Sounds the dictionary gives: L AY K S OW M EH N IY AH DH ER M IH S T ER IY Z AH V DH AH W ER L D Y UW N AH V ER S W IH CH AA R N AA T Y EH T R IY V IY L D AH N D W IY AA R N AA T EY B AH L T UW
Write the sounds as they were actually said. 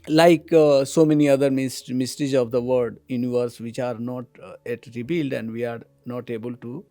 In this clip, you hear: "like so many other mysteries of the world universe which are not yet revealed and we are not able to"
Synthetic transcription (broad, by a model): L AY K S OW M EH N IY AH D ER M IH S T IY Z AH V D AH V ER D Y UW N AH V ER S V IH CH AA R N AA T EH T R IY B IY L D AH N D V IY AA R N AA T EY B AH L T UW